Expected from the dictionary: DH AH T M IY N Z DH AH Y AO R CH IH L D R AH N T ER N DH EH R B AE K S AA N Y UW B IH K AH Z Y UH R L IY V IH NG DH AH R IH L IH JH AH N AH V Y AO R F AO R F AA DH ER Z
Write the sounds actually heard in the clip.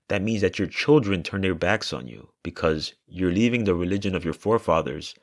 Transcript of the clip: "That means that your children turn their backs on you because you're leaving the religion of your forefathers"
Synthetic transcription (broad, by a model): DH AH T M IY N Z DH AH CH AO R CH IH L D R AH N T ER N DH EH R B AE K S N Y UW B IH K AH Z Y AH R L IY V IH NG DH AH R IH L IH JH AH N AH V Y AO R F AO R F AA DH ER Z